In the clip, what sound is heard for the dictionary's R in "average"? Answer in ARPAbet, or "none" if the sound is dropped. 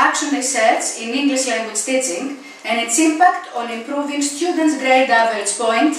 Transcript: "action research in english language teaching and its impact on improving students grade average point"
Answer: none